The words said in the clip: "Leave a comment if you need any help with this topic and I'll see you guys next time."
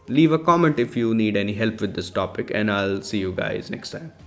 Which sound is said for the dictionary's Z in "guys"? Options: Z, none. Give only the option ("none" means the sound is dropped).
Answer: Z